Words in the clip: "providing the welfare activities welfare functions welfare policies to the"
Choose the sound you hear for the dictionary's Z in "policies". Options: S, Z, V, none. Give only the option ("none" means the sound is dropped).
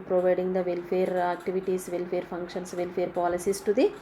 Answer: S